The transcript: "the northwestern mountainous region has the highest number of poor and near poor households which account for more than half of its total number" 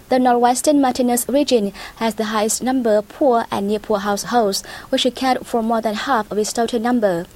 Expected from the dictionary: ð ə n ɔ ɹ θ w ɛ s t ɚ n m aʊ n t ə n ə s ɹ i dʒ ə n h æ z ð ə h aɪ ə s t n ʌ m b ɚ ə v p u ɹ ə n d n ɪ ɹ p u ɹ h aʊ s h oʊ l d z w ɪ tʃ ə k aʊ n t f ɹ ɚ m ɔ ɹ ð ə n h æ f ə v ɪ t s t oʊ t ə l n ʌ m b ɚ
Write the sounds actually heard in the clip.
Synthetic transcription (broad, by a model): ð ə n ɔ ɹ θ w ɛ s t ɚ n m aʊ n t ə n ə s ɹ i dʒ ə n h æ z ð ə h aɪ ə s t n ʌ m b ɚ ə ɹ p u ɹ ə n n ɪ p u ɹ h aʊ s h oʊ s w ɪ tʃ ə k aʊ t f ɹ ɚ m ɔ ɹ ð ə n h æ f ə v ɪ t s t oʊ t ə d n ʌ m b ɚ